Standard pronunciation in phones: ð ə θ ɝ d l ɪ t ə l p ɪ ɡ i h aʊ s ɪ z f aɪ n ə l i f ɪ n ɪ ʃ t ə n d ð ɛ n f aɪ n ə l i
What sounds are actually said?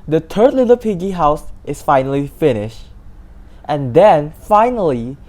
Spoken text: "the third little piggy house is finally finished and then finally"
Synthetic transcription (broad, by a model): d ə t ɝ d l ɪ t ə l p ɪ ɡ i h aʊ s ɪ s f aɪ n ə l i f ɪ n ɪ ʃ t ə n d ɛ n f aɪ n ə l i